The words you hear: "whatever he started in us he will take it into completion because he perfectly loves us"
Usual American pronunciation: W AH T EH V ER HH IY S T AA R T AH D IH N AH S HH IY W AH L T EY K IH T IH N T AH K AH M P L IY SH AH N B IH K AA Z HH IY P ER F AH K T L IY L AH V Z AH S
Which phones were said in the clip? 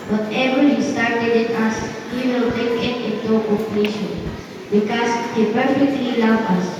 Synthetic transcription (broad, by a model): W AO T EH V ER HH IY S T AA R T AH D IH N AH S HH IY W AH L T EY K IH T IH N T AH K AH P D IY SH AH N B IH K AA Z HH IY P ER F AH K T L IY L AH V AH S